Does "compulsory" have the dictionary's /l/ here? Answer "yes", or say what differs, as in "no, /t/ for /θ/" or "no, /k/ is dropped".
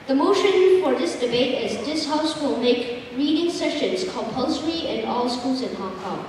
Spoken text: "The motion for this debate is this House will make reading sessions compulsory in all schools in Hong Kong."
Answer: yes